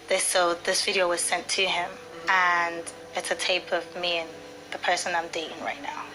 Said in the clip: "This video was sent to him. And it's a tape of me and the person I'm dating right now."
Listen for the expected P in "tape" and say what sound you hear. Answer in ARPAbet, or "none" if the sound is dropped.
P